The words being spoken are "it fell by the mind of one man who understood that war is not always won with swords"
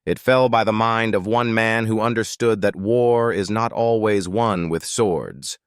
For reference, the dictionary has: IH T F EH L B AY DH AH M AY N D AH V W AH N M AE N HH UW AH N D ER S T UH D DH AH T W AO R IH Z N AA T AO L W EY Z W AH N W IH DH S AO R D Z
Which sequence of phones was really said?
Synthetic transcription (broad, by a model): IH T F EH L B AY DH AH M AY N D AH V W AH N M AE N HH UW AH N D ER S T UH D DH AH T W AO R IH Z N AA T AO L W EY Z W AH N W IH DH S AO R D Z